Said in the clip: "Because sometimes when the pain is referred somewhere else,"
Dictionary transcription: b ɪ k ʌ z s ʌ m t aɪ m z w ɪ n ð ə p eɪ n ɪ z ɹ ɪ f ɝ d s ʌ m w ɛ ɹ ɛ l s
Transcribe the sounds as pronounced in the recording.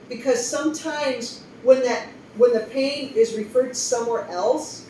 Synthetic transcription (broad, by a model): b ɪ k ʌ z s ʌ m t aɪ m z w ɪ n ð ə p eɪ n ɪ z ɹ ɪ f ɝ d s ʌ m w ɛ ɹ ɛ l s